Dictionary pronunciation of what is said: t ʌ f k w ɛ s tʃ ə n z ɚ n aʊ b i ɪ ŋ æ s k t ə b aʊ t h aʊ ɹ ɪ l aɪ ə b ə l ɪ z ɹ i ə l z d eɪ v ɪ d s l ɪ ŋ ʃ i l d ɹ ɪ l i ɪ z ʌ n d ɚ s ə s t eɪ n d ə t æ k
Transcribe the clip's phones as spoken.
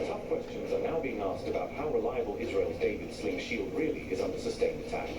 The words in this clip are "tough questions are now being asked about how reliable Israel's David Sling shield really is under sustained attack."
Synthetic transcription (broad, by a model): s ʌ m k w ɛ s tʃ ə n z ɚ n aʊ b i ɪ ŋ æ s k t ə b aʊ t h aʊ ɹ ɪ l aɪ ə b ə l ɪ z ɹ i ə l z d eɪ v ɪ d s l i ʃ i l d ɹ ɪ l i ɪ z ʌ n d ɚ s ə s t eɪ n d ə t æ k